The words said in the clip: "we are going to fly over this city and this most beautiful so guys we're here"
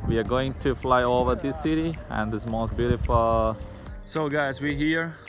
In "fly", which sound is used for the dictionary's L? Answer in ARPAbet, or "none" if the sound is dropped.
L